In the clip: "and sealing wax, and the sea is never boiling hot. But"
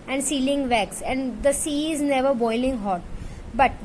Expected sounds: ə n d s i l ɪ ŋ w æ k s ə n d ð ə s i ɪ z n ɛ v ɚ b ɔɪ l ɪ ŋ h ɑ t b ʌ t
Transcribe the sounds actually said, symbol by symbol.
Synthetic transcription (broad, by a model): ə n d s i l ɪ ŋ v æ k s ə n d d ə s i ɪ z n ɛ v ɚ b ɔɪ l ɪ ŋ h ɑ t b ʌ t